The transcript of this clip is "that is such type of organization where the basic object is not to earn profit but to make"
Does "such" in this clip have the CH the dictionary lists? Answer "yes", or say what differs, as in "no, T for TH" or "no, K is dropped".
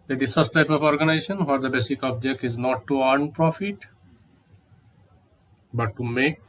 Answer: no, S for CH